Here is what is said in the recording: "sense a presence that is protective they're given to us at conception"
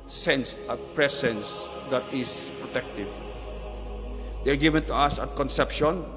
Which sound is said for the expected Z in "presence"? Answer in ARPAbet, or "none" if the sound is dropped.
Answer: S